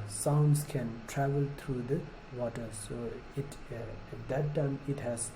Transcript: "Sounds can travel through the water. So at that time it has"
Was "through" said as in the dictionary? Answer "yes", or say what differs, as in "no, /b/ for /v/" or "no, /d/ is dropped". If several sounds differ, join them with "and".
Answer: no, /t/ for /θ/